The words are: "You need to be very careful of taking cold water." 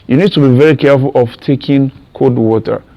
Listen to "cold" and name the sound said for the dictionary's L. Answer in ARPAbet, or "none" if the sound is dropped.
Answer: none